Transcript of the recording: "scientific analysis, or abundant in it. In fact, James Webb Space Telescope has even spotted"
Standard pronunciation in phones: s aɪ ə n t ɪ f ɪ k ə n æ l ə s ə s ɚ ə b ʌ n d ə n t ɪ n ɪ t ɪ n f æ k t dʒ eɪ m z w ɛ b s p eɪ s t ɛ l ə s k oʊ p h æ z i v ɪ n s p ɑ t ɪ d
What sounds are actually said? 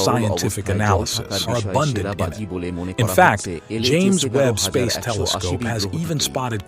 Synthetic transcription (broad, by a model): s aɪ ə n t ɪ f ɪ k ə n æ l ə s ə s ɚ ə b ʌ n d ə n t ɪ n ɪ t ɪ n f æ k t dʒ eɪ m z w ɛ b s p eɪ s t ɛ l ə s k oʊ p h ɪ z i v ɪ n s p ɑ t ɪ d